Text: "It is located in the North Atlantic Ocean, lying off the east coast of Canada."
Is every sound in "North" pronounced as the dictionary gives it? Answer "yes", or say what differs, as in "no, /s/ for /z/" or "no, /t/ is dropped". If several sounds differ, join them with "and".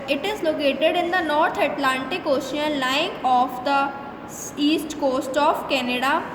no, /t/ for /θ/